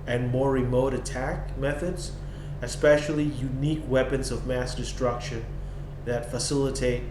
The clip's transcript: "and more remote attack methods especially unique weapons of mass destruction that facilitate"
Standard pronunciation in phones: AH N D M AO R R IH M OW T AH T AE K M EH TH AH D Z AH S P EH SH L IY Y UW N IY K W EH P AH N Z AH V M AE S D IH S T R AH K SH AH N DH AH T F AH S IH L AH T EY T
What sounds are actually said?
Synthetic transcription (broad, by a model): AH N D M AO R R IH M OW T AH T AE K M EH TH AH D Z AH S P EH SH L IY Y UW N IY K W EH P AH N Z AH V M AE S D IH S T R AH K SH AH N DH AH T F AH S IH L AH T EY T